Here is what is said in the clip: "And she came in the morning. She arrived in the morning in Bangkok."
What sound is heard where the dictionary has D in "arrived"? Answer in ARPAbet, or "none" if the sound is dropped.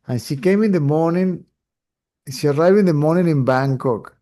none